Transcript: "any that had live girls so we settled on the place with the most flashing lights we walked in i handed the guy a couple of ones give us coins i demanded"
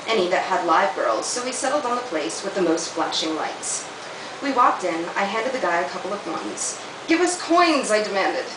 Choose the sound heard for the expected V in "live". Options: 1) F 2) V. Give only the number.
2